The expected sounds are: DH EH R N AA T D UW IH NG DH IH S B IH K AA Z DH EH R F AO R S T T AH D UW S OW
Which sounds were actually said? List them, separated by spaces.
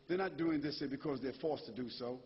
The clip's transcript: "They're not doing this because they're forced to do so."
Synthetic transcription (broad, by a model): DH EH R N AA T D UW IH NG DH IH S B IH K AA Z DH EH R F AO R S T T AH D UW S OW